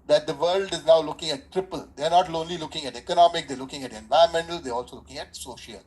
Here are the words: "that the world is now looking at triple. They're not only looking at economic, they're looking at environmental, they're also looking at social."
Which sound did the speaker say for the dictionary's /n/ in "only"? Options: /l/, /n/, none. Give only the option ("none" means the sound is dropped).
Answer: /n/